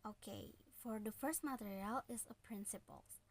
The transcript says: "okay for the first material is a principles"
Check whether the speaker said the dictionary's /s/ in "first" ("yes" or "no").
yes